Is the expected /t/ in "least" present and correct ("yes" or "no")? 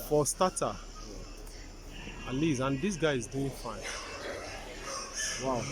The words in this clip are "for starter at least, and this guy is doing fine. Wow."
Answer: no